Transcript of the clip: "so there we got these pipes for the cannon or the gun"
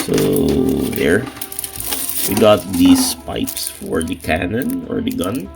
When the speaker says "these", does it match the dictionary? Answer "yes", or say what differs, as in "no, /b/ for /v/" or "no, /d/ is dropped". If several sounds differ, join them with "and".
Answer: no, /s/ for /z/